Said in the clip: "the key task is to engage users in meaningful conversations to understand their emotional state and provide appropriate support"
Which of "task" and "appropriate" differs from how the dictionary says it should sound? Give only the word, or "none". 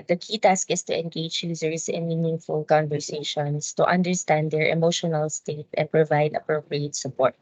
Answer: none